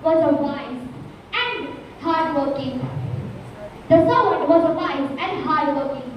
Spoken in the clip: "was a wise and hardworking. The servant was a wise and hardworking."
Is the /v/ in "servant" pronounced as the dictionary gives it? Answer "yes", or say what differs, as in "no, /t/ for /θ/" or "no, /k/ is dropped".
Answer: no, /v/ is dropped